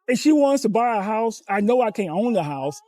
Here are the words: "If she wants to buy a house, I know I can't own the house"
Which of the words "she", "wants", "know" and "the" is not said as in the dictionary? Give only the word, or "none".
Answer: none